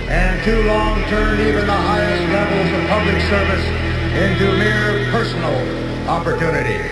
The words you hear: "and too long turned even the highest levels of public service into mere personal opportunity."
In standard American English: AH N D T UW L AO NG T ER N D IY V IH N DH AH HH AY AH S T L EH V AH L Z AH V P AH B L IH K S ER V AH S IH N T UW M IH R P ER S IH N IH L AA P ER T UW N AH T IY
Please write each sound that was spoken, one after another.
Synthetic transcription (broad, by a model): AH N T UW L AO NG T ER N IY V IH N DH AH HH AY AH S T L EH V L Z AH V P AH B L IH K S ER V AH S IH N T UW M IH R P ER S N L AA P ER T UW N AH T IY